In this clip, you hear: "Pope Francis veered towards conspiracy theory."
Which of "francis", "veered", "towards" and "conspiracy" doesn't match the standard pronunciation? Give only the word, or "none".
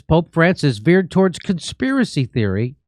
none